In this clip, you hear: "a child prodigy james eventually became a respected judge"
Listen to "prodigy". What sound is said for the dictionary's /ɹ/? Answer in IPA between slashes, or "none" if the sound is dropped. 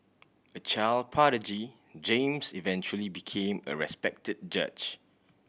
none